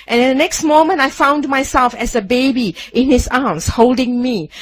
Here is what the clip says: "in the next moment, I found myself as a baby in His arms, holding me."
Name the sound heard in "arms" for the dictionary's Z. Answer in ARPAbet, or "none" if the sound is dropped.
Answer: S